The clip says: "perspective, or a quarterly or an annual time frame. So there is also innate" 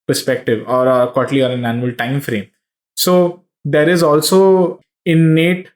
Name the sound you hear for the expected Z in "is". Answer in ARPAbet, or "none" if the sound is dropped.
Z